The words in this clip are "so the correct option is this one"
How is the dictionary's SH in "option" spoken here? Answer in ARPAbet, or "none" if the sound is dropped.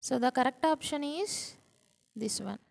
SH